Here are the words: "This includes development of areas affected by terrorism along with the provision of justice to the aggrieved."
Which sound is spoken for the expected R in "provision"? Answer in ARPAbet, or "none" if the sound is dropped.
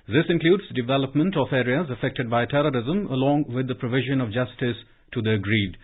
R